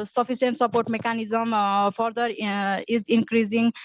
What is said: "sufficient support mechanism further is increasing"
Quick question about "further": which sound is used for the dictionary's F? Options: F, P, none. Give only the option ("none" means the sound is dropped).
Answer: P